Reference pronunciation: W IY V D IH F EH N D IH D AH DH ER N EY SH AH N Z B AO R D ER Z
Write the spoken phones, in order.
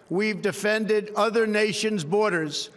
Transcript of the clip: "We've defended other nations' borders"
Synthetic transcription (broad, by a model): W IY V D IH F EH N D IH D AH DH ER N EY SH AH N Z B AO R D ER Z